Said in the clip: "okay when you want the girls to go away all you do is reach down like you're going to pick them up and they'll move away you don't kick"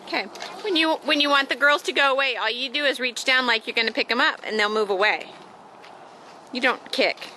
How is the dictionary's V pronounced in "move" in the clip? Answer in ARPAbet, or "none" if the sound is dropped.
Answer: V